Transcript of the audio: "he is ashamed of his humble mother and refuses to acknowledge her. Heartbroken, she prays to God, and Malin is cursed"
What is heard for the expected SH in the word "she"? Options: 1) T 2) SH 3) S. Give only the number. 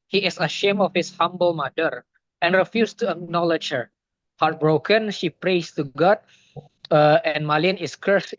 2